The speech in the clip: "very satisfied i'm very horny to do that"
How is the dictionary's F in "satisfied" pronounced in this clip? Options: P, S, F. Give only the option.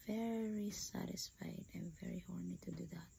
F